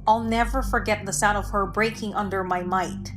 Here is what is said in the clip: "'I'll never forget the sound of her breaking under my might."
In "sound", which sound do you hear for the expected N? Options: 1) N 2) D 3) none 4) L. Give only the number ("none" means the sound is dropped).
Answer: 3